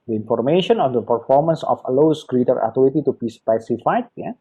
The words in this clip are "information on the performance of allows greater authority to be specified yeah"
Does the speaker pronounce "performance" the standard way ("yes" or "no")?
yes